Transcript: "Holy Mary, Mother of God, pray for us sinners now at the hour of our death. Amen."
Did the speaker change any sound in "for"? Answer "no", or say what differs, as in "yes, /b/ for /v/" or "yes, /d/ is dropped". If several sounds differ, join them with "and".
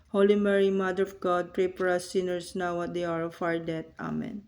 yes, /p/ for /f/